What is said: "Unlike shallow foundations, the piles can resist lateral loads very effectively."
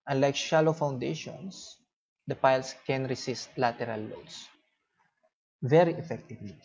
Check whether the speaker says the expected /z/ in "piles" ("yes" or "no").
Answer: no